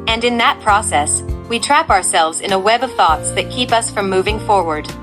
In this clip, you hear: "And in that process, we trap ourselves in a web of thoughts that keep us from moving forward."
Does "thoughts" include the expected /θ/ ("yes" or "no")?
yes